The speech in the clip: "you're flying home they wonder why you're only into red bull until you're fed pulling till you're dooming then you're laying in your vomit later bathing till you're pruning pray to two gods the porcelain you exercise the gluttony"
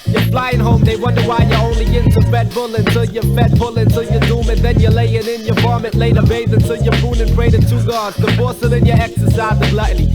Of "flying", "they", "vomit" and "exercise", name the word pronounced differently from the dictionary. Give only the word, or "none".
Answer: vomit